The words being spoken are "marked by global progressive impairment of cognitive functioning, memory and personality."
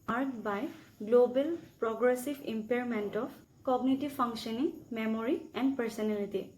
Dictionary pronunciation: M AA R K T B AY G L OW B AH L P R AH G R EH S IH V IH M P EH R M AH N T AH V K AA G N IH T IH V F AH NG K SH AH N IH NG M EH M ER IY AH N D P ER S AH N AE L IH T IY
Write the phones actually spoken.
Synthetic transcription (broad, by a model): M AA R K B AY G L OW B AH L P R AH G R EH S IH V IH M P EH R M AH N T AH P K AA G N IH T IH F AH NG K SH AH N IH NG M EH M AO IY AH N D P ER S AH N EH L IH T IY